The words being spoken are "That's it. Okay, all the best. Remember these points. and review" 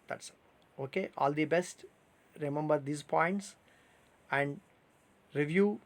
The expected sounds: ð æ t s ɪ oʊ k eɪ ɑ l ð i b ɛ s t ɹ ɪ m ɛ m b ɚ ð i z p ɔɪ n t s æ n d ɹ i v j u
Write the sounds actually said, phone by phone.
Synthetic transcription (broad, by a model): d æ t s oʊ k eɪ ɑ l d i b ɛ s t ɹ ɪ m ɛ m b ɚ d i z p ɔɪ n t s æ n d ɹ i v j u